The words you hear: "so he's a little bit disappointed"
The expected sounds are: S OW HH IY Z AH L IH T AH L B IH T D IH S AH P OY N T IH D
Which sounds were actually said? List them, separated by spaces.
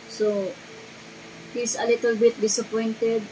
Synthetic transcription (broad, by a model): S OW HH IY S AH L IH T AH L B IH T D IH S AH P OY N T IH D